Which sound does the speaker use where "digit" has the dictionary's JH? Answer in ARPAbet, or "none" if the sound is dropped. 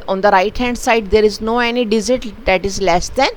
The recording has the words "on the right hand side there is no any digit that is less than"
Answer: Z